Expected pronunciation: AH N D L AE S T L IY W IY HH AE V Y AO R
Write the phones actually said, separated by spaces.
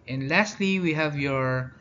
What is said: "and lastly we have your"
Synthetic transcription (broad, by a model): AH N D L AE S T L IY W IY HH AE V Y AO R